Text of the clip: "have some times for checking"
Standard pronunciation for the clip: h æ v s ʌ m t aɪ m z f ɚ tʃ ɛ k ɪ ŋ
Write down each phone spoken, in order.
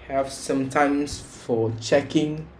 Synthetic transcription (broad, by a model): h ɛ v s ʌ m t aɪ m s f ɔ tʃ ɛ k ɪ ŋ